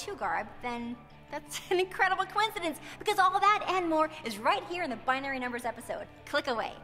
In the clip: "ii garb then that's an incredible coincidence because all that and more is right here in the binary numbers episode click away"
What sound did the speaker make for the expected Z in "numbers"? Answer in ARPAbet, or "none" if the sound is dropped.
Z